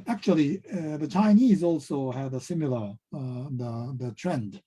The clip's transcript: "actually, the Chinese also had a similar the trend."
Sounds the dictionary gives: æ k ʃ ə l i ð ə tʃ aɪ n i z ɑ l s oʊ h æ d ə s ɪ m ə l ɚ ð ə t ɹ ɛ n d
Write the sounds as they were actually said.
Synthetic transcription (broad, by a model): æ k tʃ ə l i ð ə tʃ aɪ n i z ɑ l s oʊ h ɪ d ə s ɪ m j l ɚ ð ə t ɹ ɛ n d